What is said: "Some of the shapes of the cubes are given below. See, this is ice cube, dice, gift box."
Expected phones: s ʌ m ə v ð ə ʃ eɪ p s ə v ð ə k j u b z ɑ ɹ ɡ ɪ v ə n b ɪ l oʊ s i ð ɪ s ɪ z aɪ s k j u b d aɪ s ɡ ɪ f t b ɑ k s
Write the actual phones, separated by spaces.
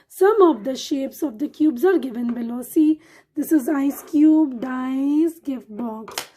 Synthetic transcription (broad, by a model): s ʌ m ə v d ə ʃ eɪ p s ə v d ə k j u b z ɑ ɹ ɡ ɪ v ə n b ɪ l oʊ s i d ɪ s ɪ z aɪ s k j u b d aɪ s ɡ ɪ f t b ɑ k s